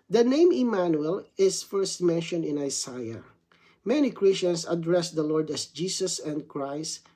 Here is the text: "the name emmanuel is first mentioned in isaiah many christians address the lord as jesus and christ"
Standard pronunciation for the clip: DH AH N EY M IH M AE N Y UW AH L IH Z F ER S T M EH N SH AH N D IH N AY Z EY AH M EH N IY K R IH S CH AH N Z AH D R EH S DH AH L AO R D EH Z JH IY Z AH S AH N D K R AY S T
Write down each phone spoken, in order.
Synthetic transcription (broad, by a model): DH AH N EY M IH M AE N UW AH L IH S F ER S T M EH N SH AH N D IH N AY S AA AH M EH N IY K R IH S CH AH N S AH D R EH S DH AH L AO R D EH S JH IY S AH S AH N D K R AY S T